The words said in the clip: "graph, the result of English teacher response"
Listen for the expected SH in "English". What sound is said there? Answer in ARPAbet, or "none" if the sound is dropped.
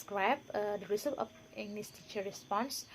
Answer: S